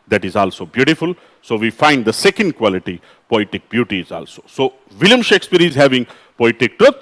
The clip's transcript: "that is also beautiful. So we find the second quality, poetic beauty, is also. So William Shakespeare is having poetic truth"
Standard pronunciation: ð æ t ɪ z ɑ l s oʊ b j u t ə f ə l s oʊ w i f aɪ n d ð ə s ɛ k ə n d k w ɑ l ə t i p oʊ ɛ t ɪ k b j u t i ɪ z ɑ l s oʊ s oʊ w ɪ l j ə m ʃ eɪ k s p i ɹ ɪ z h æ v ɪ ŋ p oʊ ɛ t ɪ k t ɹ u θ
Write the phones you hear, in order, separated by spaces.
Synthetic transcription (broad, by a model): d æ t ɪ z ɑ l s oʊ b j u t ə f ə l s oʊ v i f aɪ n d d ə s ɛ k ə n d k w ɑ l ə t i p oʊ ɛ t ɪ k b j u t i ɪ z ɑ l s oʊ s oʊ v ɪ l j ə m ʃ eɪ k s p i ɹ ɪ z h æ v ɪ ŋ p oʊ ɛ t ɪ k t ɹ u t